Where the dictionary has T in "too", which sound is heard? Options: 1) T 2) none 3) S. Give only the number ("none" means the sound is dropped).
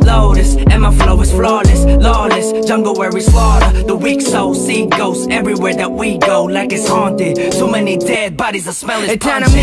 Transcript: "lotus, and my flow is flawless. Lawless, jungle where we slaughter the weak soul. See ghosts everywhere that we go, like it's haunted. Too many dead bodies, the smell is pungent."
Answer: 3